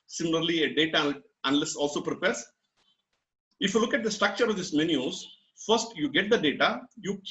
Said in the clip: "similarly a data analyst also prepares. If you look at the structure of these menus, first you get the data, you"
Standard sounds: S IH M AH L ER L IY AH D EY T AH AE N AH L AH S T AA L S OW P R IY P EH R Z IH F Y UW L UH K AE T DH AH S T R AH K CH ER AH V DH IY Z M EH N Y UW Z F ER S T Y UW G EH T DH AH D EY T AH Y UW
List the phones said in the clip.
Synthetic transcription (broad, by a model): S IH M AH L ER L IY AH D EY T AH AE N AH L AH S AA L S OW P R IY P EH R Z IH F Y UW L UH K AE T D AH S T R AH K CH ER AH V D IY S M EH N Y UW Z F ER S T Y UW G EH T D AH D EY T AH Y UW